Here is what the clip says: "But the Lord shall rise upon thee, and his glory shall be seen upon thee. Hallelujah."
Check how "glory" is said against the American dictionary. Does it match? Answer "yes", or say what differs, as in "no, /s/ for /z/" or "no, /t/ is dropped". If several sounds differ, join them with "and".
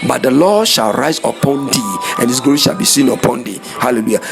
no, /l/ is dropped